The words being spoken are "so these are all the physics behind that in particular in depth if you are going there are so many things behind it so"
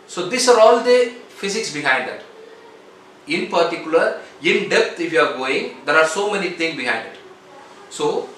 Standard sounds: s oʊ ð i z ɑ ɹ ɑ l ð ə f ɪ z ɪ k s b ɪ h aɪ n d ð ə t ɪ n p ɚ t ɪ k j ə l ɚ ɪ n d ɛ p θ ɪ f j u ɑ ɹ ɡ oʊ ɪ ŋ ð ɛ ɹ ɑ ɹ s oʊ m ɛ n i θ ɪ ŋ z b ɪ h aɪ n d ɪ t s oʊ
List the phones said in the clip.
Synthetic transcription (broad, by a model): s oʊ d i s ɑ ɹ ɑ l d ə f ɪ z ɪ k s b ɪ h aɪ n d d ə t ɪ n p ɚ t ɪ k j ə l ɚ ɪ n d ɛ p t ɪ f j u ɑ ɹ ɡ oʊ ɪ ŋ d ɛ ɹ ɑ ɹ s oʊ m ɛ n i t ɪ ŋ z b ɪ h aɪ n d ɪ t s oʊ